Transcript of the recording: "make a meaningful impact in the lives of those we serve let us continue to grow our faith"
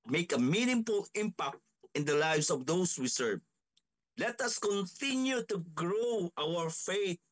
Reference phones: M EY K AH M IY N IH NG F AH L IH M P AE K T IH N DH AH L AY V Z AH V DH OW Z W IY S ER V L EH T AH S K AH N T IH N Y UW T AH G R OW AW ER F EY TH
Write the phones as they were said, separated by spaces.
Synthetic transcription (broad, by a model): M EY K AH M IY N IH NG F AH L IH M P AE K T IH N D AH L AY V S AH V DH OW S W IY S ER V L EH T AH S K AH N T IH N Y UW T AH G R OW AW ER F EY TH